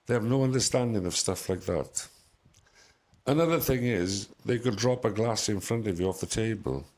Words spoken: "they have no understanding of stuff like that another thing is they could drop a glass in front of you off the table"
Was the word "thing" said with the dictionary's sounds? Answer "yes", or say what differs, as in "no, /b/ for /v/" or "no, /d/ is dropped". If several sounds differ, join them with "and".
yes